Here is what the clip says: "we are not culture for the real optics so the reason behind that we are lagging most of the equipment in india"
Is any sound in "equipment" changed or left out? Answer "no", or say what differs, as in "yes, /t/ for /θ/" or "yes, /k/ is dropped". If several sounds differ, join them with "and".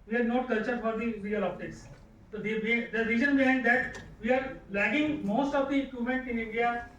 yes, /p/ is dropped